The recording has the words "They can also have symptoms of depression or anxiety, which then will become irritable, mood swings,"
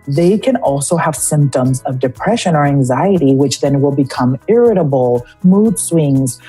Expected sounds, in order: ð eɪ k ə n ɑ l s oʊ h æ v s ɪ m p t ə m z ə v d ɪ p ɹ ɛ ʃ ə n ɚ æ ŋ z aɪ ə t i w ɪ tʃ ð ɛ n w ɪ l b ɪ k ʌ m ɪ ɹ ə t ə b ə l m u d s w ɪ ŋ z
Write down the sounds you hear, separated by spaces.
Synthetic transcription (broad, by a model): ð eɪ k ə n ɑ l s oʊ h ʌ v s ɪ m p t ə m z ə v d ɪ p ɹ ɛ ʃ ə n ɚ æ ŋ z aɪ ə t i w ɪ tʃ ð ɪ n w ɪ l b ɪ k ʌ m ɪ ɹ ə t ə b l m u d s w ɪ ŋ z